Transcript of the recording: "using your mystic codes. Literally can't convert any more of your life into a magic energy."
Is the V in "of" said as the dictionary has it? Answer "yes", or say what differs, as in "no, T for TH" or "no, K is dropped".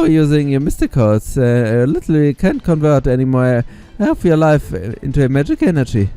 no, P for V